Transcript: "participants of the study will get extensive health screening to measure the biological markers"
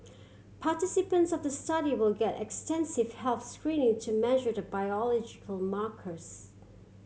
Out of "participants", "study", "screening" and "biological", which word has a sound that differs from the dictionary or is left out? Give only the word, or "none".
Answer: none